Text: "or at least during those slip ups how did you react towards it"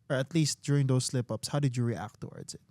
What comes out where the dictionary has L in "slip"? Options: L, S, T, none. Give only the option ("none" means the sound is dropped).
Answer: L